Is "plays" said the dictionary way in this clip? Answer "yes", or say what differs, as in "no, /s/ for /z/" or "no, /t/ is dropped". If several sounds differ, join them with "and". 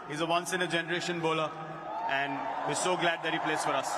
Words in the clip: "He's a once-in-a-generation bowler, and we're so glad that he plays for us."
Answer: no, /s/ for /z/